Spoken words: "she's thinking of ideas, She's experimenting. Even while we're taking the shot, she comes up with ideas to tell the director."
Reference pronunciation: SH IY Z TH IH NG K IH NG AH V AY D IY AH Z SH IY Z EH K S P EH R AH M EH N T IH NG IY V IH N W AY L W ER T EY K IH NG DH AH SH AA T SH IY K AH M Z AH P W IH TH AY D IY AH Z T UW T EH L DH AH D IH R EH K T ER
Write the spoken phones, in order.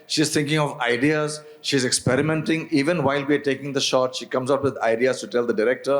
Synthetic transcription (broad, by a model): SH IY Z T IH NG K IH NG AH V AY D IY AH Z SH IY Z EH K S P EH R AH M EH N T IH NG IY V IH N W AY L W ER T EY K IH NG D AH SH AA T SH IY K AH M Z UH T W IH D AY D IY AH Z T UW T EH L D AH D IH R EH K T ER